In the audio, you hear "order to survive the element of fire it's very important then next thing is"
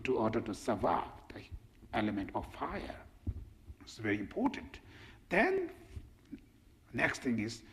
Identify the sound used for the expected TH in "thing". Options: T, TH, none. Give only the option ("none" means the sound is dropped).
T